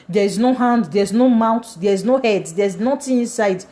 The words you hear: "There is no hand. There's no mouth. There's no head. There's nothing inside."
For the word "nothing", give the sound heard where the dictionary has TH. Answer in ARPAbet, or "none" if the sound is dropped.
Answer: T